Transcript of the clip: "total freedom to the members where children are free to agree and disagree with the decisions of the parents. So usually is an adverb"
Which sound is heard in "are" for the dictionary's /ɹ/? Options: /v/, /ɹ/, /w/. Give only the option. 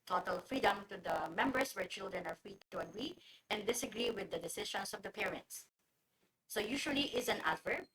/ɹ/